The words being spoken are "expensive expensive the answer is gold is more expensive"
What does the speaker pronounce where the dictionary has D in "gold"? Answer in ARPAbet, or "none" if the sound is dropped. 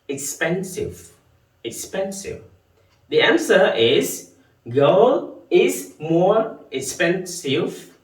none